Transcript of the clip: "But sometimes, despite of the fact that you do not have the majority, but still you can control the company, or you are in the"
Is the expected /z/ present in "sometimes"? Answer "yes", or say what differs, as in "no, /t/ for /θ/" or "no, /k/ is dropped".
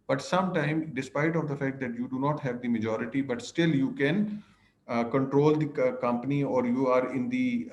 no, /z/ is dropped